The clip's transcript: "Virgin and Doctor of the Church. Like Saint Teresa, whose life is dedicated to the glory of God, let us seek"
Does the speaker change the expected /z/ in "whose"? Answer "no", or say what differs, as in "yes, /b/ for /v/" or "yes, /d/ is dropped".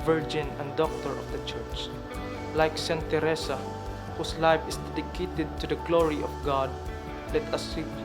yes, /s/ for /z/